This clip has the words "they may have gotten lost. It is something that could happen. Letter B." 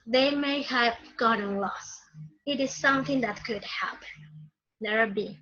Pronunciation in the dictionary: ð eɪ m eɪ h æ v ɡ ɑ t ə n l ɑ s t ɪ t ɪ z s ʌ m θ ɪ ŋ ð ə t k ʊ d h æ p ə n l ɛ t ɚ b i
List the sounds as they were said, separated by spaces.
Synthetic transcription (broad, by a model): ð eɪ m eɪ h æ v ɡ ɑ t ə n l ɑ s ɪ t ɪ z s ʌ m θ ɪ ŋ ð ə t k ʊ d h æ p ə n n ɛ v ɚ b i